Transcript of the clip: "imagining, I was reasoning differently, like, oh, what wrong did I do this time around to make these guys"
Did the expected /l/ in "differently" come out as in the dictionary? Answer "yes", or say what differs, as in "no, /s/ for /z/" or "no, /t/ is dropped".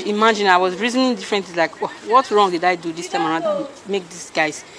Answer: no, /l/ is dropped